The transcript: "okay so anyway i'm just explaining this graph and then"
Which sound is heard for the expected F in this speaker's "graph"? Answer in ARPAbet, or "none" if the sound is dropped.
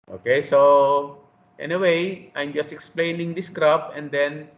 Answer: P